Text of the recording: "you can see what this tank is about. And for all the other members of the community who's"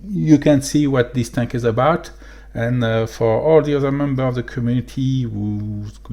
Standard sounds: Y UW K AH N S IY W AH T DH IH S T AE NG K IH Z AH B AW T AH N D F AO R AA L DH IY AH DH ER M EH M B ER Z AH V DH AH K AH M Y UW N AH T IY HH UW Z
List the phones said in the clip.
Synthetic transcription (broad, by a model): Y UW K AH N S IY W AH T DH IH S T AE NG K IH Z AH B AW T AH N F AO R AA L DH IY AH DH ER M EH M B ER AH V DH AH K AH M Y UW N AH T IY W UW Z